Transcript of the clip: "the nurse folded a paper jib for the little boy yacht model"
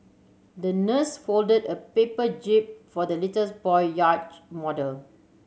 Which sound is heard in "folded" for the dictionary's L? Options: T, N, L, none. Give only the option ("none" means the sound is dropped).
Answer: L